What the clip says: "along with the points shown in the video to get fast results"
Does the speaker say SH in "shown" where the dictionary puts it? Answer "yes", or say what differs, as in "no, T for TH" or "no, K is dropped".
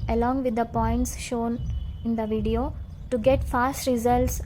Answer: yes